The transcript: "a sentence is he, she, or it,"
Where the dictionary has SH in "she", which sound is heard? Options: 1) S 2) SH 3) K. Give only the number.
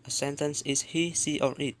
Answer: 1